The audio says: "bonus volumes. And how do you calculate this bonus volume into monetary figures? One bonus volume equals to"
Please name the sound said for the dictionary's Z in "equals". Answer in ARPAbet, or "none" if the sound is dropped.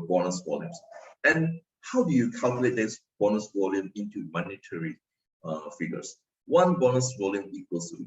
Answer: S